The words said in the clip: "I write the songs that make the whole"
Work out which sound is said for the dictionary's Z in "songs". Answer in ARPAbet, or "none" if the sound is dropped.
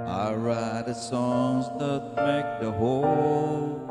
Z